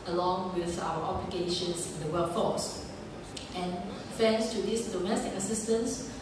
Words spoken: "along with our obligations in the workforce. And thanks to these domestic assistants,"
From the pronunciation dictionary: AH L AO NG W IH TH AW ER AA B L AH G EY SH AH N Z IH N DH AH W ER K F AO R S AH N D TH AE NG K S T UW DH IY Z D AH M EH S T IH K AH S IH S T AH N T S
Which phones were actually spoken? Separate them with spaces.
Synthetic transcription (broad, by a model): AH L AO NG W IH TH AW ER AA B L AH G EY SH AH N S IH N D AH W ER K F AO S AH N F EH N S T UW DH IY S D AH M EH S T IH K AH S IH S T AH N S